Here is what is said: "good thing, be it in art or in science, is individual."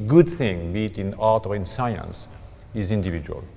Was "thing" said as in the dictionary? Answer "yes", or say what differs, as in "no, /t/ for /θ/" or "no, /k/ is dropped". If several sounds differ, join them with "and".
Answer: yes